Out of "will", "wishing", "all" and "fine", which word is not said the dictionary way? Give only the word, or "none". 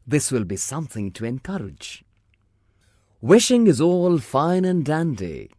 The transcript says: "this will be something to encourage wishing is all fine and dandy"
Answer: none